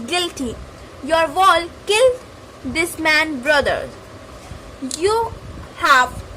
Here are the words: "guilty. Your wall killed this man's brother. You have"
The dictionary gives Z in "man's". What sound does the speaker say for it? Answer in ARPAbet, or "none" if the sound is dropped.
none